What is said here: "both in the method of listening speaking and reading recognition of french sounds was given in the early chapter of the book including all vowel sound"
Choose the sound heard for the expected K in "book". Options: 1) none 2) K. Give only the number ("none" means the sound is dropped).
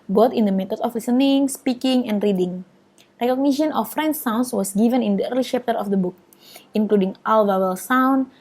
2